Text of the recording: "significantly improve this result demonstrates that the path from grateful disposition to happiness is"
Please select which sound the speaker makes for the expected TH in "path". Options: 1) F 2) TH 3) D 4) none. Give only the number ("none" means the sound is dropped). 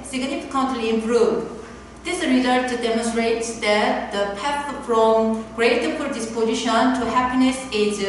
1